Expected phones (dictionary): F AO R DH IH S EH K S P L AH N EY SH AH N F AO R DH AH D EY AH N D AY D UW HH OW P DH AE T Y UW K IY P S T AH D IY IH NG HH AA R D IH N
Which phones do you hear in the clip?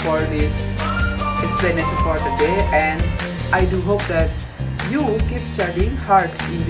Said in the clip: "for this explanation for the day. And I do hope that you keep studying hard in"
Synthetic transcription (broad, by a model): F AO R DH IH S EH S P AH N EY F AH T F AO R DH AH D EY AH N D AY D UW HH OW P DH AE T Y UW K IY P S T AH D IY IH NG HH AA R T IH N